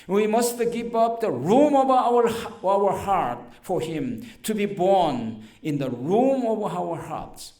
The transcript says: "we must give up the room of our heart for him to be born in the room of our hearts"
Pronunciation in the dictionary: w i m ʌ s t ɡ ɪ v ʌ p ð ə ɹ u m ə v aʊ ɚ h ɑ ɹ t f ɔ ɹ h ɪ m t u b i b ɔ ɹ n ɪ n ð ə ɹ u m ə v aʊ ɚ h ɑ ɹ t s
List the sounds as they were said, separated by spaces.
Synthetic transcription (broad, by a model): w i m ʌ s t ɡ ɪ v ʌ p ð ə ɹ u m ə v aʊ ɚ h ɑ ɹ t f ɔ ɹ h ɪ m t u b i b ɔ ɹ n ɪ n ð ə ɹ u m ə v aʊ ɚ h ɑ ɹ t s